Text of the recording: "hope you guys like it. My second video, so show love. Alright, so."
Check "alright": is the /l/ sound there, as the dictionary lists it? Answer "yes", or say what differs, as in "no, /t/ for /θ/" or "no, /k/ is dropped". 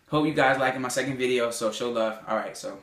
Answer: yes